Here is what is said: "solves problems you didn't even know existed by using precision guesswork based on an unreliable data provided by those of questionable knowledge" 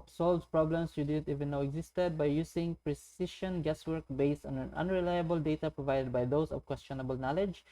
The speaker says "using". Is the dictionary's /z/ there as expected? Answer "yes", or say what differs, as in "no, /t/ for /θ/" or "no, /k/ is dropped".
no, /s/ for /z/